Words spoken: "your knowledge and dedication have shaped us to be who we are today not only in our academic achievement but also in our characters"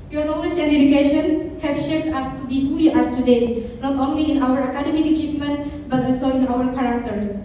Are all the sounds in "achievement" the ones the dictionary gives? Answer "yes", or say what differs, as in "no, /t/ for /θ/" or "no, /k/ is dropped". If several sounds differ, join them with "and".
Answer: no, /f/ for /v/